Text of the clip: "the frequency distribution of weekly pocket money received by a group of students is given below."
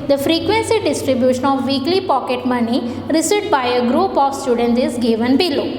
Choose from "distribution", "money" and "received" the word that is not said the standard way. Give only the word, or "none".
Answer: received